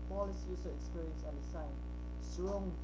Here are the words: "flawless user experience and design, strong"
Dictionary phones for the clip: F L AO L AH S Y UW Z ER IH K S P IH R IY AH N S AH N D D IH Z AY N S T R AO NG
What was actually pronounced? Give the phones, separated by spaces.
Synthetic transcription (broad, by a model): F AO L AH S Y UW S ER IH K S P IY R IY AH N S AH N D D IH S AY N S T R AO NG